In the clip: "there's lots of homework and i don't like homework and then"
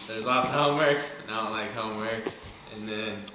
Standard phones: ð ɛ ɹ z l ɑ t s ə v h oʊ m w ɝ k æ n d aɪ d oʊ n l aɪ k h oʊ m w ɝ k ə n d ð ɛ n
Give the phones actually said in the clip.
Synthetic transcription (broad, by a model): ð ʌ ɹ z l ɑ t ə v h oʊ m w ɝ k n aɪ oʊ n l aɪ k h oʊ m w ɝ k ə n ð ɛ n